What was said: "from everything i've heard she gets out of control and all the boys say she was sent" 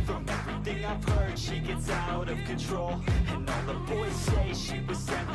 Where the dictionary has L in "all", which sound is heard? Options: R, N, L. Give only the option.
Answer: N